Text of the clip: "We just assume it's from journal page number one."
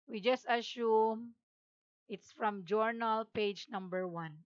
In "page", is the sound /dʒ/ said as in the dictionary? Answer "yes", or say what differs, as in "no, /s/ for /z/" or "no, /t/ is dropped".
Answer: yes